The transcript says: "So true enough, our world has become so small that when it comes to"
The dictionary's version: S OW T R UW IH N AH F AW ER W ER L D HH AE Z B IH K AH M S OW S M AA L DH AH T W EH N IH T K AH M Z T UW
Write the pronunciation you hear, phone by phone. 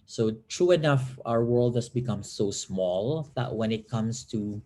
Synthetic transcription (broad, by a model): S OW T R UW IH N AH F AW ER W ER L D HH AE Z B IH K AH M S OW S M AA L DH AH T W EH N IH T K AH M S T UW